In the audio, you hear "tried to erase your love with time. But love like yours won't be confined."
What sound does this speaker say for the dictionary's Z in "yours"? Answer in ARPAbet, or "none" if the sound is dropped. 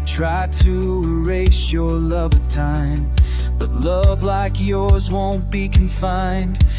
Z